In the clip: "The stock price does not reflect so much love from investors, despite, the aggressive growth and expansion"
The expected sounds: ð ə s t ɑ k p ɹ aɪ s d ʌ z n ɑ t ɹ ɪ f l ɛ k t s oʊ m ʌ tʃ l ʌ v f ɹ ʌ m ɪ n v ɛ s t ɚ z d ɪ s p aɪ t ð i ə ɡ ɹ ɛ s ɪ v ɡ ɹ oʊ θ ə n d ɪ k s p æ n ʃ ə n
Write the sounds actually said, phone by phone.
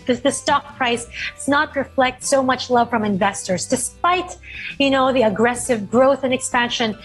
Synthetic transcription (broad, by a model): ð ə s t ɑ k p ɹ aɪ s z n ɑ t ɹ ɪ f l ɛ k t s oʊ m ʌ tʃ l ʌ v f ɹ ʌ m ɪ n v ɛ s t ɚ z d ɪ s p aɪ t ð i ə ɡ ɹ ɛ s ɪ v ɡ ɹ oʊ θ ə n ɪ k s p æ n ʃ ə n